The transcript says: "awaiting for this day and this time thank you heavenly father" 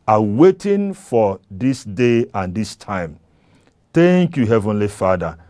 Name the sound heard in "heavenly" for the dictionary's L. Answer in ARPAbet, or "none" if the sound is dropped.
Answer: L